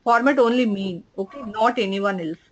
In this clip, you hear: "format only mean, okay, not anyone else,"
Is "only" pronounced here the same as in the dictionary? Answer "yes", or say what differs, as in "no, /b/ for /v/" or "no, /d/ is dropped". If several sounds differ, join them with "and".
yes